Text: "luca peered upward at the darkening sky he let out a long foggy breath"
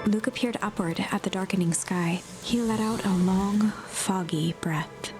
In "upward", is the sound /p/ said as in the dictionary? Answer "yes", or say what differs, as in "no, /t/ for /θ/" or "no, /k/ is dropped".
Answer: yes